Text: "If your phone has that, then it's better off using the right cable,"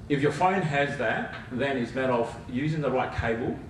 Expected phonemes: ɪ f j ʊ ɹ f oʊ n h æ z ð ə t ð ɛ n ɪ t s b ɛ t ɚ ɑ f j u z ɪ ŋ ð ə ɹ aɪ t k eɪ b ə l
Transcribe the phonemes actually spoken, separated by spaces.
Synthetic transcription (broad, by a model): ɪ f j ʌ ɹ f oʊ n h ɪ z ð ə t ð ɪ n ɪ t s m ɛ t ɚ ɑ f j u z ɪ ŋ ð ə ɹ aɪ t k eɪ b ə l